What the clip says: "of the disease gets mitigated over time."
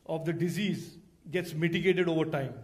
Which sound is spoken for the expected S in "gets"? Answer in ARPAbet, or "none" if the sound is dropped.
S